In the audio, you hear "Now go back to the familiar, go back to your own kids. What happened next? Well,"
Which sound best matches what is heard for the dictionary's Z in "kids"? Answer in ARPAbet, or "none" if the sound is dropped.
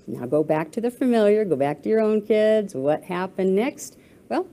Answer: Z